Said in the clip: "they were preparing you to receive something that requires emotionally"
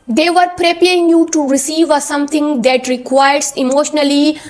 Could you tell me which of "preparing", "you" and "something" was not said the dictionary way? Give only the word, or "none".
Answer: something